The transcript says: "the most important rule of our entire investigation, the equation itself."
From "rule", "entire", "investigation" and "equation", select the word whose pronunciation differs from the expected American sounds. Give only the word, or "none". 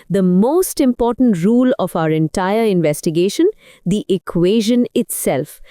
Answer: none